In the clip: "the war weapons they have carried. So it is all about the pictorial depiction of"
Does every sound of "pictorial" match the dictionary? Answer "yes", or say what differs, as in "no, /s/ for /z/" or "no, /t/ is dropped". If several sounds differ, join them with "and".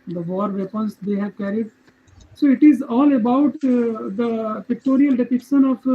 yes